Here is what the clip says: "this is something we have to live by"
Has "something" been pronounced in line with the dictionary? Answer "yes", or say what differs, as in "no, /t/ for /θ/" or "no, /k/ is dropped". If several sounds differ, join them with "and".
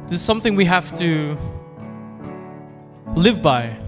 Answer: yes